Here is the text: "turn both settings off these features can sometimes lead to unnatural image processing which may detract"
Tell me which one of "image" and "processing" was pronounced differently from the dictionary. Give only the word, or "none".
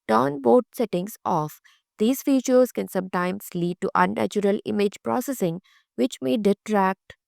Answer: none